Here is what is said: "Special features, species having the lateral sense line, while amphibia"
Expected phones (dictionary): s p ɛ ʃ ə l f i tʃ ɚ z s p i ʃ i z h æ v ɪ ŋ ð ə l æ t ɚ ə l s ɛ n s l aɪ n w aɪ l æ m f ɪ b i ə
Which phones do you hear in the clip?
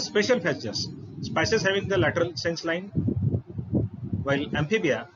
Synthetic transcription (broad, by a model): s p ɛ ʃ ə l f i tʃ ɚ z s p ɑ s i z h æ v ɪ ŋ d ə l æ t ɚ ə l s ɛ n s l aɪ n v aɪ l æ m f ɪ b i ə